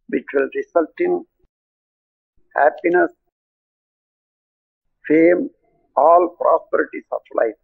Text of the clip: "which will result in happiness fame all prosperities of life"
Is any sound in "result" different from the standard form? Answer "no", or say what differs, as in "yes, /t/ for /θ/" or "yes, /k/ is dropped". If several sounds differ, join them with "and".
yes, /s/ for /z/